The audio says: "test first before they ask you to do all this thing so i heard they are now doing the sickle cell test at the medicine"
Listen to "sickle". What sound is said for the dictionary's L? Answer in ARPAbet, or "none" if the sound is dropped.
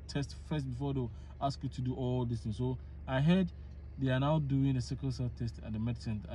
N